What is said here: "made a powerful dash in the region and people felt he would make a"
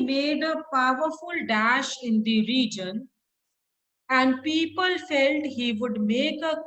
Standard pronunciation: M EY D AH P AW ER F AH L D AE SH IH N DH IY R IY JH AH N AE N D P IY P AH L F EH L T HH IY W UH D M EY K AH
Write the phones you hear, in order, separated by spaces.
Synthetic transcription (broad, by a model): M EY D AH P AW ER F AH L D AE SH IH N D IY R IY JH AH N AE N D P IY P AH L F EH L T HH IY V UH D M EY K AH